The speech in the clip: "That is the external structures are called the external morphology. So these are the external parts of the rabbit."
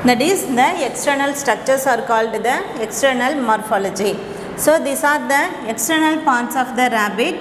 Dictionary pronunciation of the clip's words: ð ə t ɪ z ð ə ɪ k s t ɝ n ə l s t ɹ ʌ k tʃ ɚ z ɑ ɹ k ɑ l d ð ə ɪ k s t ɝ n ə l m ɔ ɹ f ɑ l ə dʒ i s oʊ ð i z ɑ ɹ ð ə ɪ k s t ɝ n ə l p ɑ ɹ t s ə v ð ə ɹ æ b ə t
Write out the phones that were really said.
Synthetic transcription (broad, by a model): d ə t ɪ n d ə ɪ k s t ɝ n ə l s t ɹ ʌ k tʃ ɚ s ɑ ɹ k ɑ l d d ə ɪ k s t ɝ n ə l m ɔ ɹ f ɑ l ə dʒ i s oʊ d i s ɑ ɹ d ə ɪ k s t ɝ n ə l p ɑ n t s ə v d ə ɹ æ b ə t